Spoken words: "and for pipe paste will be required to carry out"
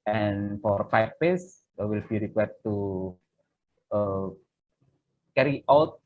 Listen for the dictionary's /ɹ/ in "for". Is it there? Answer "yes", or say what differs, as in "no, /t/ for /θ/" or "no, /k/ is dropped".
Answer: yes